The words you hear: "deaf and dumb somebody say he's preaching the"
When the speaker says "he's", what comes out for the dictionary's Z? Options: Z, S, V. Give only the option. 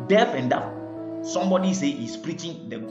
S